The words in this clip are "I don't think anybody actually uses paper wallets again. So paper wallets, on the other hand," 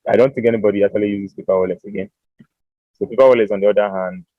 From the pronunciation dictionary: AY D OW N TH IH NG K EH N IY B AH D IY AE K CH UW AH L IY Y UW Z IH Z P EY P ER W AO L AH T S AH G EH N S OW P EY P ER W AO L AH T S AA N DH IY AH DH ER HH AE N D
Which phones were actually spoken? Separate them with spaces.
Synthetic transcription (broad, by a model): AY D OW N TH IH NG K EH N IY B AH D IY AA K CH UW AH L IY Y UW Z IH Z P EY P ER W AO L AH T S AH G EH N S OW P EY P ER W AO L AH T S AA N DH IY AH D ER HH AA N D